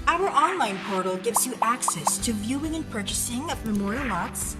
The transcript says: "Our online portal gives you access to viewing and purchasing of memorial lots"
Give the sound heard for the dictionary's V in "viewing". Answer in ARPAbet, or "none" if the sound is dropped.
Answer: V